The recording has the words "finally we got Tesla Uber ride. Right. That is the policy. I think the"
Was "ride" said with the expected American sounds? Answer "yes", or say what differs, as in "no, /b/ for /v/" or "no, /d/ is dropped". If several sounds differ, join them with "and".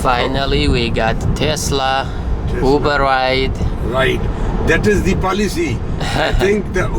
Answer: no, /w/ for /ɹ/